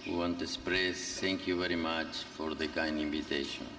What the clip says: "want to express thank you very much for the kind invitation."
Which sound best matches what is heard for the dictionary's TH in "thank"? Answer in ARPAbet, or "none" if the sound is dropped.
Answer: T